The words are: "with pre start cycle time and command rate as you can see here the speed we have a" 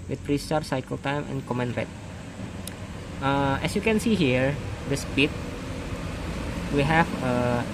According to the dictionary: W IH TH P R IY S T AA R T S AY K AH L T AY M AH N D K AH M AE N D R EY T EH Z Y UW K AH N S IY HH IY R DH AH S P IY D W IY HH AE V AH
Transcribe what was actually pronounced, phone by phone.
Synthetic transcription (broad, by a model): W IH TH P R IY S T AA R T S AY K AH L T AY M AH N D K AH M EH N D R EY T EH S Y UW K AH N S IY HH IY R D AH S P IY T W IY HH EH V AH